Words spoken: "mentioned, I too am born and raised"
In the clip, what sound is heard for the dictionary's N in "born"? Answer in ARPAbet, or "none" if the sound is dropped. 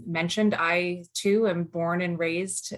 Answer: N